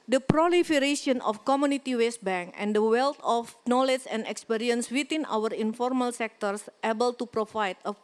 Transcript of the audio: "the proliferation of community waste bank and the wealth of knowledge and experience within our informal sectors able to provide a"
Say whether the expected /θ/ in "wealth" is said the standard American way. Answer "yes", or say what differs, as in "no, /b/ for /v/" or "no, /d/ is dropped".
no, /t/ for /θ/